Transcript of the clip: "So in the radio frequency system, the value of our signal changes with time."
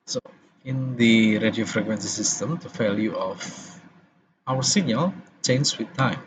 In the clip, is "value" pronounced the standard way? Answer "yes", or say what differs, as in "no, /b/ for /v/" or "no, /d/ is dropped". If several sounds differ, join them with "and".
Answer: no, /f/ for /v/